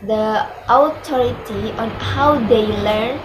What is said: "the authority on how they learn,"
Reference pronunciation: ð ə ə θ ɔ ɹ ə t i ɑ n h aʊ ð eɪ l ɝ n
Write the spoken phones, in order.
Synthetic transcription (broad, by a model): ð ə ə t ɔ ɹ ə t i ɑ n h aʊ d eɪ l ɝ n